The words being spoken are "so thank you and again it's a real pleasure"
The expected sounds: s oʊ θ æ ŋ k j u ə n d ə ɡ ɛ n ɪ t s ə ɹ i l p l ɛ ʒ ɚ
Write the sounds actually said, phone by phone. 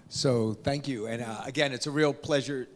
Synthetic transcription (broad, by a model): s oʊ θ æ ŋ k j u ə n ə ɡ ɛ n ɪ t s ə ɹ i l p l ɛ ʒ ɚ